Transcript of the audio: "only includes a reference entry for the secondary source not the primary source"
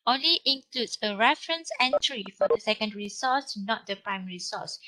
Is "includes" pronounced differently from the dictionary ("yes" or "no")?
yes